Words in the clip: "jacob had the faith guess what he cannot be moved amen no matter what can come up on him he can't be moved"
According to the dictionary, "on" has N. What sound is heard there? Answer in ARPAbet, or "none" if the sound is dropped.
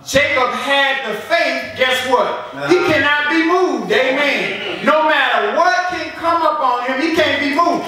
N